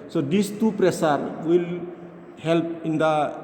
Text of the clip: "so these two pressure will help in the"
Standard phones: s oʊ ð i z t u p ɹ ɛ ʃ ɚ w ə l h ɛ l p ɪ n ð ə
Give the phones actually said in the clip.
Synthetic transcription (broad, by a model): s oʊ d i s t u p ɹ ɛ s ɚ w ə l h ɛ l p ɪ n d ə